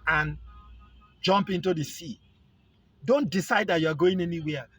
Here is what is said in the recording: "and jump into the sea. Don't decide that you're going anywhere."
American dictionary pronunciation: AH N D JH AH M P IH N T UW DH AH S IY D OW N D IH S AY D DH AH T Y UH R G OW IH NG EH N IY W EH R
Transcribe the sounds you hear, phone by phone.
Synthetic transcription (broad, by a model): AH N JH AH M P IH N T UW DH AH S IY D OW N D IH S AY D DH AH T Y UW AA G OW IH NG EH N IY W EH